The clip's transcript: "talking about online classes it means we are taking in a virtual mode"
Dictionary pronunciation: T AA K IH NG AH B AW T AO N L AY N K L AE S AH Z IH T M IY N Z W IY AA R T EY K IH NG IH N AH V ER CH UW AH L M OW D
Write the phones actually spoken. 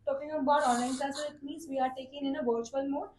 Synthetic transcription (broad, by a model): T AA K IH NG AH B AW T AO N L AY N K L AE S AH IH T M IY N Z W IY AA R T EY K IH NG IH N AH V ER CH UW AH L M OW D